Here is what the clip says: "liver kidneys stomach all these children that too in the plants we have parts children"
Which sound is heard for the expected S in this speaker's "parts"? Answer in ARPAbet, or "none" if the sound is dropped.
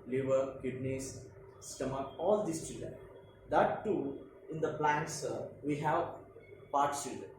none